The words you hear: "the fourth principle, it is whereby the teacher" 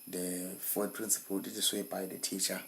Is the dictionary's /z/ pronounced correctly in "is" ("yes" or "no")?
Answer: no